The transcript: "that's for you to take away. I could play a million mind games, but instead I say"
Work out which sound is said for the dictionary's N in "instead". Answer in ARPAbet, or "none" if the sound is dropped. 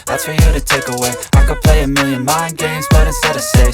none